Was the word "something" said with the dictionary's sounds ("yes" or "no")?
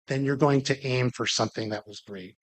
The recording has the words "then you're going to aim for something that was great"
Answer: yes